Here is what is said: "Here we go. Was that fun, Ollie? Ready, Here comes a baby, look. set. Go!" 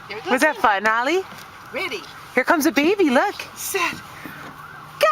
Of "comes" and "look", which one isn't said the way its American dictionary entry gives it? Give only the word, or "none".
none